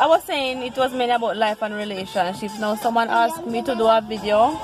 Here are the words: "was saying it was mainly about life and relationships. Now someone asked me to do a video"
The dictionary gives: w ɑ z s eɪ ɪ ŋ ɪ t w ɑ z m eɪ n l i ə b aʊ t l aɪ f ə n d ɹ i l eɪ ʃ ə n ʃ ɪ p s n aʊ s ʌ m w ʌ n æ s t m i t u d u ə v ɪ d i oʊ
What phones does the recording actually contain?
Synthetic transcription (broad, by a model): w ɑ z s eɪ ɪ ŋ ɪ t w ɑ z m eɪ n i ə b aʊ t l aɪ f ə n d ɹ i l eɪ ʃ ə n ʃ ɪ p s n aʊ s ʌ m w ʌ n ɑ s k m i t u d u ə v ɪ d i oʊ